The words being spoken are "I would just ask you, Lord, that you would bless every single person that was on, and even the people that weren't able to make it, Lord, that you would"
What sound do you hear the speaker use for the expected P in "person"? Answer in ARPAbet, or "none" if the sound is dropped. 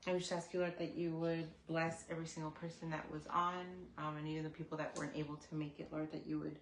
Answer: P